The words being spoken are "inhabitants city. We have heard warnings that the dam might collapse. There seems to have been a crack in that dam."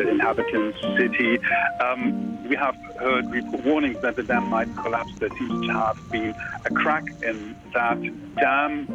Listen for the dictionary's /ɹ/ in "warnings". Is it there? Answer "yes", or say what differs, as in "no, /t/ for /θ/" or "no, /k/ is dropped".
no, /w/ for /ɹ/